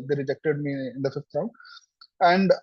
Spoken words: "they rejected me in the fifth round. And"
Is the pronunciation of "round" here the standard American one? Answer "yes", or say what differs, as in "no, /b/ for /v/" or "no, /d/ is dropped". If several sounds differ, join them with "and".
no, /d/ is dropped